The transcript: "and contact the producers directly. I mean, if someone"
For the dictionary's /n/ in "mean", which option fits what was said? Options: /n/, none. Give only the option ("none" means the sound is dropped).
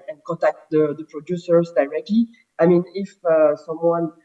/n/